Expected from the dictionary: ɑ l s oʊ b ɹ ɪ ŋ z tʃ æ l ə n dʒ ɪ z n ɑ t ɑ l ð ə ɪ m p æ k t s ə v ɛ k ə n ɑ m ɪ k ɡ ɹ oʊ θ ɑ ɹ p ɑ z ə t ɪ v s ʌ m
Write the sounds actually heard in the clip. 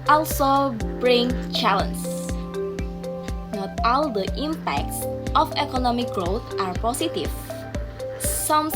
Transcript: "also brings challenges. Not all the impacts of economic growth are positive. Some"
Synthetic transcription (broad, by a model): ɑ l s oʊ b ɹ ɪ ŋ tʃ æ l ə n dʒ n ɑ t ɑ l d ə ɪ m p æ k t s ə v ɛ k ə n ɑ m ɪ k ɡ ɹ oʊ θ ɑ ɹ p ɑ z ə t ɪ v s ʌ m